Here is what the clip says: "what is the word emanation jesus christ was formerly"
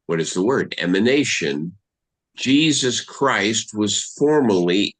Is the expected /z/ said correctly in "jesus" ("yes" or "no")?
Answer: yes